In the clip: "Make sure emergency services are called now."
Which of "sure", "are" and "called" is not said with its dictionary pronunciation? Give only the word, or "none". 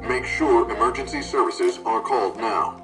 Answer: none